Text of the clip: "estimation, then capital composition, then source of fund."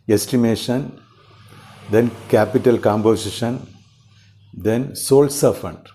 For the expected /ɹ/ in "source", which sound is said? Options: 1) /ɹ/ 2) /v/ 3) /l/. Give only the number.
3